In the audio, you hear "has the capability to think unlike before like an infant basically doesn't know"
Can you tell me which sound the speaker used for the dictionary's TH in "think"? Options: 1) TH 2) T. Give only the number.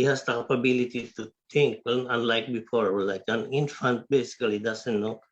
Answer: 2